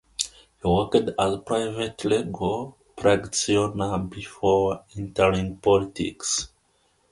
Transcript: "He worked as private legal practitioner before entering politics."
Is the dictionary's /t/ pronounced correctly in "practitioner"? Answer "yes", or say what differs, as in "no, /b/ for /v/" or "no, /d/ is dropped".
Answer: no, /s/ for /t/